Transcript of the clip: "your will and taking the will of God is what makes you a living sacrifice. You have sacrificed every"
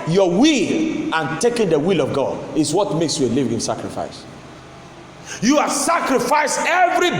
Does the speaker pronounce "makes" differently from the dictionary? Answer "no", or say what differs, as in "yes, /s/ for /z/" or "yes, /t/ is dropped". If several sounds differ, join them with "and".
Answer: no